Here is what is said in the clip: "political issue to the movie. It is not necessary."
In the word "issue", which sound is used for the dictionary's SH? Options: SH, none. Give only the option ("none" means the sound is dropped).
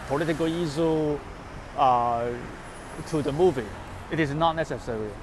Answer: none